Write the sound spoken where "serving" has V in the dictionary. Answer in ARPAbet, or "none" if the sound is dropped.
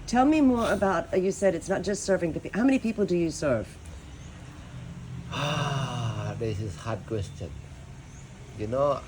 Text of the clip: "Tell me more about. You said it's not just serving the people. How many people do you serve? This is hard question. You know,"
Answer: V